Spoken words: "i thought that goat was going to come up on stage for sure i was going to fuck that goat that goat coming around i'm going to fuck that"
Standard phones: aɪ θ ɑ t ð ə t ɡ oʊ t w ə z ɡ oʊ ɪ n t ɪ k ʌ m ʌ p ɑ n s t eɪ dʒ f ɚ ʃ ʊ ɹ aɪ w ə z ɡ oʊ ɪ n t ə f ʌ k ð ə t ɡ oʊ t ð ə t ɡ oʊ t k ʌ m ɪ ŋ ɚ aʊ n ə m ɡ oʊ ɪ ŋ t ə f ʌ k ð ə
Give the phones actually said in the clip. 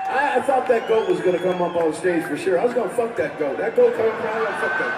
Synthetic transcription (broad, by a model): aɪ θ ɑ t ð ə t ɡ oʊ t w ə z ɡ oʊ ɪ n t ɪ k ʌ m ʌ p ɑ s t eɪ dʒ f ɚ ʃ ʊ ɹ aɪ w ə z ɡ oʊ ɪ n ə f ʌ k ð ə t ɡ oʊ t ð ə t ɡ oʊ t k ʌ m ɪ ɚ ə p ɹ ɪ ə f ʌ k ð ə